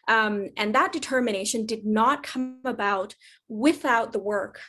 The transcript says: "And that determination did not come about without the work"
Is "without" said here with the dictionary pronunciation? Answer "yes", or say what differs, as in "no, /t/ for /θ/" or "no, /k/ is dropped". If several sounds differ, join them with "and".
yes